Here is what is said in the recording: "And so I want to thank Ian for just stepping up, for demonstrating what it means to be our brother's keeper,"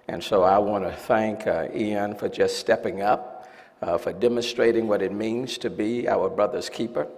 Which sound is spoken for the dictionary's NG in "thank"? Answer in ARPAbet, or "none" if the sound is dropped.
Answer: NG